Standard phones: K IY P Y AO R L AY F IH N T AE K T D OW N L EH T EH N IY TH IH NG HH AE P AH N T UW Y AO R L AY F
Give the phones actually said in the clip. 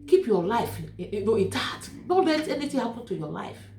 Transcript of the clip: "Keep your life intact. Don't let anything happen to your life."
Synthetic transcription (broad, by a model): K IY P Y AO L AY F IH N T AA T D OW N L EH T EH N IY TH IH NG HH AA P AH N T UW Y AO L AY F